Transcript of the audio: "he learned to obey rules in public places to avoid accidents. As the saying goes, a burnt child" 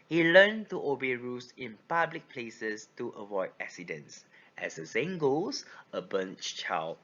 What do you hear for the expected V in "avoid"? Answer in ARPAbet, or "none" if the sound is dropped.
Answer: V